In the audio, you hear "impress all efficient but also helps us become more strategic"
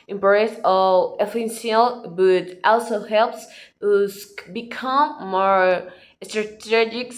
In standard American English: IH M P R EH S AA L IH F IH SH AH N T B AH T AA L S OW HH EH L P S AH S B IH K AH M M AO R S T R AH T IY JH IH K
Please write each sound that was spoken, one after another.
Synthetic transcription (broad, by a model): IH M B R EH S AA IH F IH S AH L B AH T AA L S OW HH EH L P S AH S B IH K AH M M AO R S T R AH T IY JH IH K